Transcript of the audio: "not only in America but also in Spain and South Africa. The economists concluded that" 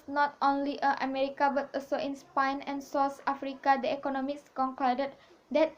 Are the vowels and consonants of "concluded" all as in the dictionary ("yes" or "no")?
no